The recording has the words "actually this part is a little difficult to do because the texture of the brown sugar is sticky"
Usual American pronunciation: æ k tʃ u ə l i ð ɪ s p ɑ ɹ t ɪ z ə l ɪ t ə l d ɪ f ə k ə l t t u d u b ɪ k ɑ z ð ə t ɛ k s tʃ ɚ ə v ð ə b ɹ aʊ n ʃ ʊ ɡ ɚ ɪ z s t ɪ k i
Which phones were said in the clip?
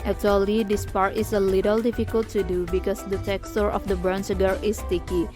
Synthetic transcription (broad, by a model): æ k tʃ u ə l i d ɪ s p ɑ ɹ t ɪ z ə l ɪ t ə l d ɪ f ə k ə l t t u d u b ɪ k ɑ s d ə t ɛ k s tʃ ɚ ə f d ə b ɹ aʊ n s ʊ ɡ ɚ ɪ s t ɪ k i